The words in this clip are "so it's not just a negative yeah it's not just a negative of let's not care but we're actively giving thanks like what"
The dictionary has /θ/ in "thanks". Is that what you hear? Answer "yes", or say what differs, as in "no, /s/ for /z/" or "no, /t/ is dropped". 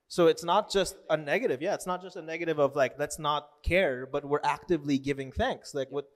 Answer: yes